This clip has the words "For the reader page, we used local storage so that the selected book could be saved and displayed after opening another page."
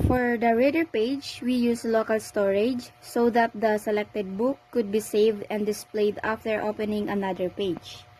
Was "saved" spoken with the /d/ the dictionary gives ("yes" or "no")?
yes